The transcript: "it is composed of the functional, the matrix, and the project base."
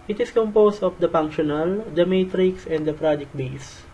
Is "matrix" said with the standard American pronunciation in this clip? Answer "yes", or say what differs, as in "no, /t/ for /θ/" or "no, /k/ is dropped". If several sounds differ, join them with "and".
yes